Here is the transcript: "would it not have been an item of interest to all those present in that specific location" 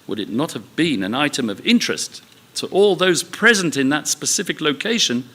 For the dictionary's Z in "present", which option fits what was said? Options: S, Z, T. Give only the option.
Z